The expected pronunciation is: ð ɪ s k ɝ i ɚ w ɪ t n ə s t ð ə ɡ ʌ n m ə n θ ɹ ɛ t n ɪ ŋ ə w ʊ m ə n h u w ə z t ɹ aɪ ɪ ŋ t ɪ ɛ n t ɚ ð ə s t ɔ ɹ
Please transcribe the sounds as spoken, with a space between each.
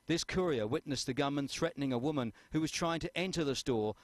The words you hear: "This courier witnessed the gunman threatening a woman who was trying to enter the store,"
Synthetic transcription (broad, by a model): ð ɪ s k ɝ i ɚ w ɪ t n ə s ð ə ɡ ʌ m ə n θ ɹ ɛ t n ɪ ŋ ə w ʊ m ə n h u w ə z t ɹ aɪ ɪ ŋ t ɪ ɛ n t ɚ ð ə s t ɔ ɹ